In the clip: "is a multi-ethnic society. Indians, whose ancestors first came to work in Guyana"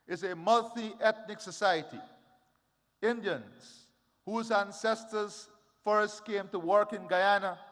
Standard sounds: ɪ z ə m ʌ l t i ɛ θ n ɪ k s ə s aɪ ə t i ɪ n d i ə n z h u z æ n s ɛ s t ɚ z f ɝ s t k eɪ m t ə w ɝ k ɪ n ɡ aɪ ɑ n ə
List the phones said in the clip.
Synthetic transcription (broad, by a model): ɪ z ə m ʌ l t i ɛ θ n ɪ k s ə s aɪ ə t i ɪ n d i ə n z h u z æ n s ɛ s t ɚ z f ɝ s t k eɪ m t ə w ɝ k ɪ n ɡ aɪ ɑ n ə